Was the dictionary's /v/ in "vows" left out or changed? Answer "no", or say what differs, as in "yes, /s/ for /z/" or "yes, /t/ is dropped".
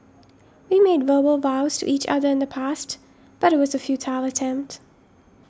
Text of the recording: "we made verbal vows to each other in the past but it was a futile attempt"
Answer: no